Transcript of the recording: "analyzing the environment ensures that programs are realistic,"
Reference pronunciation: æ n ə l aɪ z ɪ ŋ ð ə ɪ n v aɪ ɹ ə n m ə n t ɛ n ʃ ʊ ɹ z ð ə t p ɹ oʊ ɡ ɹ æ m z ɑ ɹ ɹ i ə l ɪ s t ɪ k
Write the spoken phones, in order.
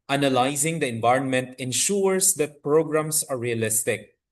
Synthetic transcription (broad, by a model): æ n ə l aɪ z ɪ ŋ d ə ɪ n v aɪ ɹ ə n m ə n t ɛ n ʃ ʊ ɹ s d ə t p ɹ oʊ ɡ ɹ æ m s ɑ ɹ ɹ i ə l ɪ s t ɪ k